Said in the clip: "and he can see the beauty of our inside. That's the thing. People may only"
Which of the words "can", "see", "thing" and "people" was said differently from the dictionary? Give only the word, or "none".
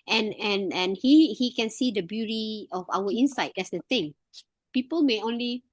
thing